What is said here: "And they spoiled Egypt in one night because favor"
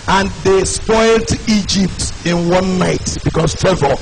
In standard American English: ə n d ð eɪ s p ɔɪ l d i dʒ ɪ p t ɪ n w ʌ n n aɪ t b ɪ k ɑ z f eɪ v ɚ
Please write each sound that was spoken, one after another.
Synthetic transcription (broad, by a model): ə n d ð eɪ s p ɔɪ l d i dʒ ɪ p t ɪ n w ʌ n n aɪ t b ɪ k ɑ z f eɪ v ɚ